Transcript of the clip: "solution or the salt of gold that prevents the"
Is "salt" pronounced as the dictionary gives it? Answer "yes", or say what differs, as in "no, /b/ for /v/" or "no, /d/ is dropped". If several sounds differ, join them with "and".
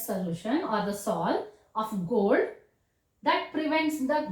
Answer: no, /t/ is dropped